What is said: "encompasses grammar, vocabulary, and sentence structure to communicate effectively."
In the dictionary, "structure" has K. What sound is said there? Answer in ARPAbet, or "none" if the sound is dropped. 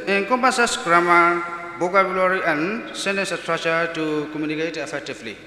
none